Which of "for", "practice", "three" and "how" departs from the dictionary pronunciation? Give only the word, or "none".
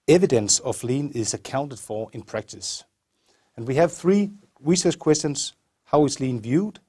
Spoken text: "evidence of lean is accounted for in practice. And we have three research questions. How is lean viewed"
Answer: none